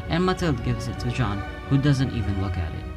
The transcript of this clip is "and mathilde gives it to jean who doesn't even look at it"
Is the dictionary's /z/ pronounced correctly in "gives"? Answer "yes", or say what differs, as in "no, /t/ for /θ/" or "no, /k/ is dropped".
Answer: yes